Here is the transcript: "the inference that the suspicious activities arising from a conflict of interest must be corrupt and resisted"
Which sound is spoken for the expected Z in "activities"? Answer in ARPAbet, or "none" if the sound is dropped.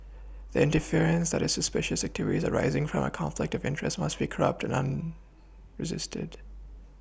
Z